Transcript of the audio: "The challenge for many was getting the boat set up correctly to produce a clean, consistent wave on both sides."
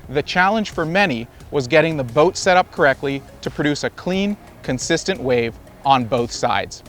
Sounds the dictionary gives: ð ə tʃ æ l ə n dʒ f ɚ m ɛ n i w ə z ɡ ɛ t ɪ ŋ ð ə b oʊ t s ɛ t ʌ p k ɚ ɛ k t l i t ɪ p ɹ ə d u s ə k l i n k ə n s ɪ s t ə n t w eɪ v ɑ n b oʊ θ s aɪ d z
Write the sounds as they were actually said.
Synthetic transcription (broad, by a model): ð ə tʃ æ l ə n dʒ f ɚ m ɛ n i w ə z ɡ ɛ t ɪ ŋ ð ə b oʊ t s ɛ t ʌ p k ɚ ɛ k t l i t ɪ p ɹ ə d u s ə k l i n k ə n s ɪ s t ə n t w eɪ v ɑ n b oʊ θ s aɪ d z